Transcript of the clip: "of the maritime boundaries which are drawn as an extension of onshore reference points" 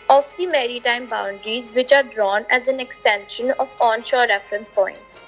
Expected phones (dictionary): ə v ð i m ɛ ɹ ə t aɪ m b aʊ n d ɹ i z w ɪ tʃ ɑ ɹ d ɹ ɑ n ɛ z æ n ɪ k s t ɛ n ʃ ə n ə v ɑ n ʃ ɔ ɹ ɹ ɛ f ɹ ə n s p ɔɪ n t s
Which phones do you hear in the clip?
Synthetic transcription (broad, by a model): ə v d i m ɛ ɹ ə t aɪ m b aʊ n d ɹ i z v ɪ tʃ ɑ ɹ d ɹ ɑ n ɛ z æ n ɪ k s t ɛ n ʃ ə n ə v ɑ n ʃ ɔ ɹ ɹ ɛ f ɹ ə n s p ɔɪ n t s